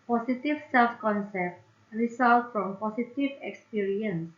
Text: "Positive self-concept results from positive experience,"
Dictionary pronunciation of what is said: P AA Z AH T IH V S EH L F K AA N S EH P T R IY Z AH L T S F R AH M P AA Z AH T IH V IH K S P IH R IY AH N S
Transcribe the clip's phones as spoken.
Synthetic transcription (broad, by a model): P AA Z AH T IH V S EH L F K AA N S EH P T R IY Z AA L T F R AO M P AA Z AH T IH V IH K S P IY R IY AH N S